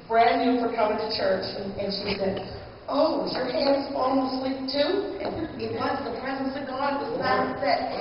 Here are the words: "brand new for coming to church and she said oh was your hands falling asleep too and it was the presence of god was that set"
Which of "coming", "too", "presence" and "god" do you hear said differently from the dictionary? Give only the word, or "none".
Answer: none